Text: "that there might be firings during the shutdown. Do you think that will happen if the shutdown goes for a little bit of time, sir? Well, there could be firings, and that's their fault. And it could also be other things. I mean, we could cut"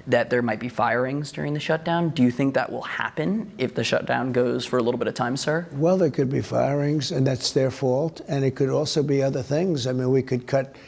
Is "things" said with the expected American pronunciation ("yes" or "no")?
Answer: yes